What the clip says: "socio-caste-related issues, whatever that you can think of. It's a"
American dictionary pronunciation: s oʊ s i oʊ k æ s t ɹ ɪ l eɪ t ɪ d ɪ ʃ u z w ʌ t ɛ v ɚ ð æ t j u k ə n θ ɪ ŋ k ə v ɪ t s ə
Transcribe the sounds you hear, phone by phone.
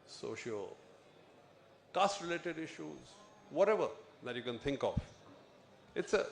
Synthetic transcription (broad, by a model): s oʊ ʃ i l k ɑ s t ɹ ɪ l eɪ t ɪ d ɪ ʃ u z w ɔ t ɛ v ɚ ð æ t j u k ə n t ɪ ŋ k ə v ɪ t s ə